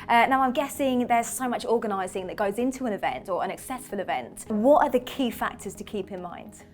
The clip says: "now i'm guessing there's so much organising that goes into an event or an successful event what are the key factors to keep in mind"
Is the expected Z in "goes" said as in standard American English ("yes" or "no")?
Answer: yes